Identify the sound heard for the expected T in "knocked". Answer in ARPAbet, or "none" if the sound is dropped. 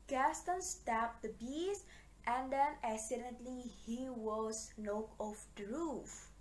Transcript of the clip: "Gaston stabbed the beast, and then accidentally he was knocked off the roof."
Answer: none